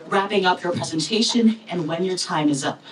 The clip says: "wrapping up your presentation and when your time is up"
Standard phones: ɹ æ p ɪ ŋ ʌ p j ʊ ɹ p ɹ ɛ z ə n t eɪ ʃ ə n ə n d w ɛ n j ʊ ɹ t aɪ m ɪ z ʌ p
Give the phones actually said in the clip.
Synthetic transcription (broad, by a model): ɹ æ p ɪ ŋ ʌ p j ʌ ɹ p ɹ ɛ z ə n t eɪ ʃ ə n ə n w ɛ n j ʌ ɹ t aɪ m ɪ z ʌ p